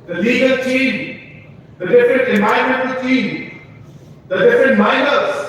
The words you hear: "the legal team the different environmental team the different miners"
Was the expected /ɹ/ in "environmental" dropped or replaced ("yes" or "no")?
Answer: yes